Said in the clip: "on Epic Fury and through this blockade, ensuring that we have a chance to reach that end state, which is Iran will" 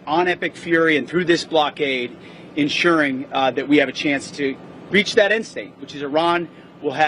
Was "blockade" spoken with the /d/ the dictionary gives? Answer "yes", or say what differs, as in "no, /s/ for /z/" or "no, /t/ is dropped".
yes